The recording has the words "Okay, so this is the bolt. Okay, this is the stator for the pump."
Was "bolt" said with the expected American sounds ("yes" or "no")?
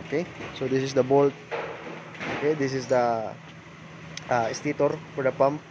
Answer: yes